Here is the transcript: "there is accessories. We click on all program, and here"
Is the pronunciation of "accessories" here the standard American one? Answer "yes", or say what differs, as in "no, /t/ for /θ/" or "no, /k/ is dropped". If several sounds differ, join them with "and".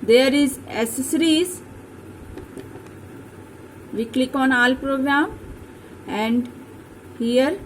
no, /k/ is dropped